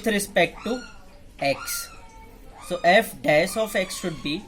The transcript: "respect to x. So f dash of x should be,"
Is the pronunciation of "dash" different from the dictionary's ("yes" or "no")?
yes